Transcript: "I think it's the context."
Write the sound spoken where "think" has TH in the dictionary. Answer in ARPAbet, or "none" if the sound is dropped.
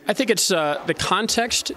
TH